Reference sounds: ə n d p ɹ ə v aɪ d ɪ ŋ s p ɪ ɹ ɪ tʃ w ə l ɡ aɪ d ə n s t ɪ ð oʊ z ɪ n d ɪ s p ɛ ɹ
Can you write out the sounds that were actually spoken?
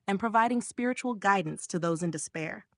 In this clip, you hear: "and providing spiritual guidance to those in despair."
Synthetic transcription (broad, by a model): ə n p ɹ ə v aɪ d ɪ ŋ s p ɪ ɹ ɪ tʃ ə l ɡ aɪ d n s t ɪ ð oʊ z ɪ n d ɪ s p ɛ ɹ